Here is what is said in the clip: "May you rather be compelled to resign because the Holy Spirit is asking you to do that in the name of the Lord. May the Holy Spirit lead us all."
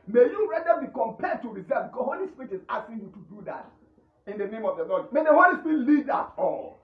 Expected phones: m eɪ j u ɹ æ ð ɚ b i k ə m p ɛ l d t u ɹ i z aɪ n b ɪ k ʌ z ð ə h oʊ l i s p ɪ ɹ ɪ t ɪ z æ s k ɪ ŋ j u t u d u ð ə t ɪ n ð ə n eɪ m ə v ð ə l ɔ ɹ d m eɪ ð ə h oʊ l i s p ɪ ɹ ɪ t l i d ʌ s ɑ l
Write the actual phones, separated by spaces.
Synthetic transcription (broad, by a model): m eɪ j u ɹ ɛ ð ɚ b i k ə m p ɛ d t u ɹ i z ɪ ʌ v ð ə h oʊ l i s p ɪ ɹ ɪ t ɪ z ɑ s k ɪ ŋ j u t u d u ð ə t ɪ n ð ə n eɪ m ə v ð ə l ɔ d m eɪ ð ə h oʊ l i s p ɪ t l i d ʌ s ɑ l